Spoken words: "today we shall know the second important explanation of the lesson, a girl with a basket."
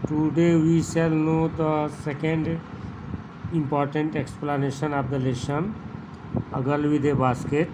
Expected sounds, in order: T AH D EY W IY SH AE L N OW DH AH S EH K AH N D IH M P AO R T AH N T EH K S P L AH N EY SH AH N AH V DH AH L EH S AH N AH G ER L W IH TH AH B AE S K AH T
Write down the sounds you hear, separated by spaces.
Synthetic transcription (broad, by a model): T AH D EY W IY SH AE L N OW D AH S EH K AH N D IH M P AO R T AH N T EH K S P L AH N EY SH AH N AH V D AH L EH SH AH N AH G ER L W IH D AH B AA S K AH T